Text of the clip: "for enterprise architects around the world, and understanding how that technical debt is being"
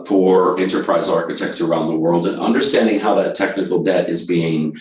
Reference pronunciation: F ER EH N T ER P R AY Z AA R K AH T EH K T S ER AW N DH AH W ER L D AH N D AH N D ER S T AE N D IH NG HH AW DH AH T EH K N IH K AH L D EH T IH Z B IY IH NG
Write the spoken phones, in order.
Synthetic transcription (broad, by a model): F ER EH N T ER P R AY Z AA R K AH T EH K T S ER AW N DH AH W ER L D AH N AH N D ER S T AE N D IH NG HH AW DH AH T EH K N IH K L D EH T IH Z B IY IH NG